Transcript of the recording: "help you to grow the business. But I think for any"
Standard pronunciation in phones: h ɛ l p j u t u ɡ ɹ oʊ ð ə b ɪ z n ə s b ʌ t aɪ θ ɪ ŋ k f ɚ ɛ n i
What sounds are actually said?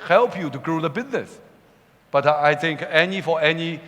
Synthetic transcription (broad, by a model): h ɛ l p j u t u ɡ ɹ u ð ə b ɪ z n ə s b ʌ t aɪ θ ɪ ŋ k f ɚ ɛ n i